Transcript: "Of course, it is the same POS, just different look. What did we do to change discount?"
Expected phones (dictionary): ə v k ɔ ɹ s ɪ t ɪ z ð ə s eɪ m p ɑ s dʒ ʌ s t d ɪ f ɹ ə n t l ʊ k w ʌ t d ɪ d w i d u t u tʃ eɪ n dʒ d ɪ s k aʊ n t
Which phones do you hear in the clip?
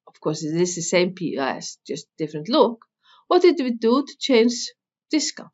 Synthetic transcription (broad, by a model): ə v k ɔ ɹ s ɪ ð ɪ s ð ə s eɪ m p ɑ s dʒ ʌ s t d ɪ f ɹ ə n t l ʊ k w ʌ t d ɪ d w i d u t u tʃ eɪ n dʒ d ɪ s k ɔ